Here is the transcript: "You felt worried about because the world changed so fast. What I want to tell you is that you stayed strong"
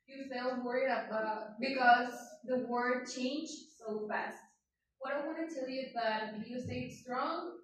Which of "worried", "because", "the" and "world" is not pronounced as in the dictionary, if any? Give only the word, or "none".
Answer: world